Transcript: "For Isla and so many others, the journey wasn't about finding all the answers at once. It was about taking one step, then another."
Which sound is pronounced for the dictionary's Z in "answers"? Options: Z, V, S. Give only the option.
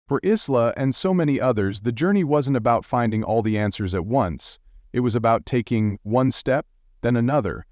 Z